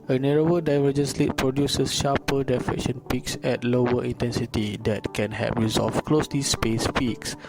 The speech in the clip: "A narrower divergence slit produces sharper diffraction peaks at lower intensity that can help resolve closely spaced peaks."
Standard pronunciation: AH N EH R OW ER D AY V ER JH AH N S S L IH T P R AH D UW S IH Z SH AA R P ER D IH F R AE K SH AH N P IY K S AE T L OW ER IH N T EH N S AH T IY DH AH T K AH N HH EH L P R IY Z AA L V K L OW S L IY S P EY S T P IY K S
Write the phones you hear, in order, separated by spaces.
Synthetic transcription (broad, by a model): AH N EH R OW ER D AY V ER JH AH N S S L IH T P R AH D UW S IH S SH AA P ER D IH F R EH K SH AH N P IY K S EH T L OW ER IH N T EH N S AH T IY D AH T K AH N HH EH P R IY Z AA L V K L OW S L IY S P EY S P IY K S